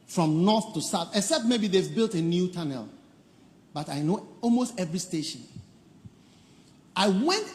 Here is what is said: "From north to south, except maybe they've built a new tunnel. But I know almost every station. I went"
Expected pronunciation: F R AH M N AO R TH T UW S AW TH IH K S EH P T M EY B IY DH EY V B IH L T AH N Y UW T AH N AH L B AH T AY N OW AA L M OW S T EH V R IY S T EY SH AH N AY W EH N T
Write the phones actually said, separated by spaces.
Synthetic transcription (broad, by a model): F R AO M N AO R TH T UW S AW TH IH K S EH P T M EY B IY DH EY V B IH L T AH N Y UW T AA N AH L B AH T AY N OW AA L M OW S T EH V R IY S T EY SH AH N AY W EH N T